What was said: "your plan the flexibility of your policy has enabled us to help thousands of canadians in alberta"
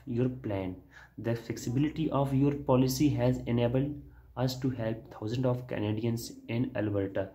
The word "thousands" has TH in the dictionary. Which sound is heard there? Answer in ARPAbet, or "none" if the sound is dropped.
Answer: T